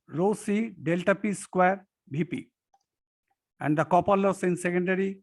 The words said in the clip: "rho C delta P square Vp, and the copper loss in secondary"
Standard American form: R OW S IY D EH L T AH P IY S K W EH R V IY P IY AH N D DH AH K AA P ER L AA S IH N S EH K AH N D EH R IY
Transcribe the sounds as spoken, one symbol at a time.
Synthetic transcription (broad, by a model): R OW S IY D EH L T AH P IY S K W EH R B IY P IY AH N D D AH K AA P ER L AA S IH N S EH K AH N D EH R IY